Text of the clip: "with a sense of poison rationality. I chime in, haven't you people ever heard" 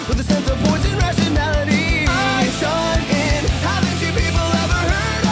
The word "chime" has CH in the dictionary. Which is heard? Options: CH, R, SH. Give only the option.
SH